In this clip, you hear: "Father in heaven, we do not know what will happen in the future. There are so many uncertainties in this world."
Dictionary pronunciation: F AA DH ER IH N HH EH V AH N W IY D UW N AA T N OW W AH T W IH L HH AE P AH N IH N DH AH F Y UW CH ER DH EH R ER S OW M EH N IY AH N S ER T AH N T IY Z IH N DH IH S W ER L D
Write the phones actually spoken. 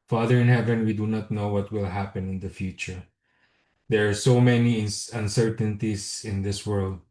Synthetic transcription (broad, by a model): F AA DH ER IH N HH EH V AH N W IY D UW N AA T N OW W AH T W IH L HH AE P AH N IH N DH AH F Y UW CH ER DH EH R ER S OW M EH N IY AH N S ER T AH N T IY S IH N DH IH S W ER L D